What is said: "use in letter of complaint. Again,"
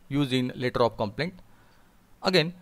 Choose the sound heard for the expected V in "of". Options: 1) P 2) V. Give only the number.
1